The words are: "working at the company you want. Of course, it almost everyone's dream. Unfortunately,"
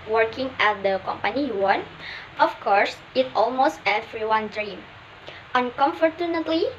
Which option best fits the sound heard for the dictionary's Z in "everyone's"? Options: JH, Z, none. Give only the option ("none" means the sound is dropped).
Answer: none